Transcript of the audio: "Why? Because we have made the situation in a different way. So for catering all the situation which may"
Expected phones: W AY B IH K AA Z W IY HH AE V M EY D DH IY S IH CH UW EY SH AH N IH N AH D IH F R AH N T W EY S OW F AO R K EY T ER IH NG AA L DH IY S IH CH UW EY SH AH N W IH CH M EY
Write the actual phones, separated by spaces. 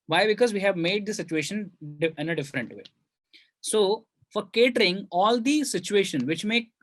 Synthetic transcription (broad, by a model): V AY B IH K AA Z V IY HH AE V M EY D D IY S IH CH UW EY SH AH N IH N AH D IH F R AH N T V EY S OW F AO R K EY T ER IH NG AA L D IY S IH CH UW EY SH AH N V IH CH M EY